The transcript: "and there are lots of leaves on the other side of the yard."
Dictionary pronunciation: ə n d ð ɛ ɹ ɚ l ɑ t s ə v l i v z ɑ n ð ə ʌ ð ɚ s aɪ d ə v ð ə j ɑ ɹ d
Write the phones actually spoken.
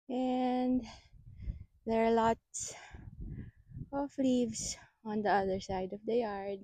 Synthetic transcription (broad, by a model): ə n d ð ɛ ɹ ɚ l ɑ t s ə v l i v s ɑ n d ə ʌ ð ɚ s aɪ d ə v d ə j ɑ ɹ d